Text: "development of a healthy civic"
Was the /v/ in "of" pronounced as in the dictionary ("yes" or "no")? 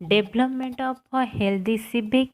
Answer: no